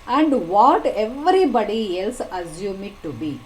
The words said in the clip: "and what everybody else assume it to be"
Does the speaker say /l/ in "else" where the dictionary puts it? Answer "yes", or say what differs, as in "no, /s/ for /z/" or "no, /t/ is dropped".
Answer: yes